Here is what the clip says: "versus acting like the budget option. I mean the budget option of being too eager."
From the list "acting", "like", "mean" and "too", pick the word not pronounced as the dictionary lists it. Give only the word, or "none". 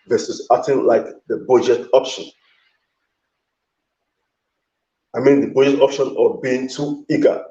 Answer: acting